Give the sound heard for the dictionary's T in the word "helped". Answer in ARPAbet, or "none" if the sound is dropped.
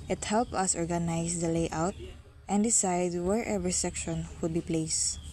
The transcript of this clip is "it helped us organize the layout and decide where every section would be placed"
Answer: none